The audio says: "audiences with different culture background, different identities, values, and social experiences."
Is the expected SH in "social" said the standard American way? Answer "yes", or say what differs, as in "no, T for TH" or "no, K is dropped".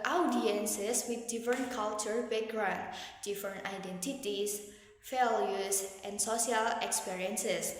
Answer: no, SH is dropped